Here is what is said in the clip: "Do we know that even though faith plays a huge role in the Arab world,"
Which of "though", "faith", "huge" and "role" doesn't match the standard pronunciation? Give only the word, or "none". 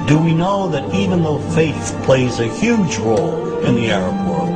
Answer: none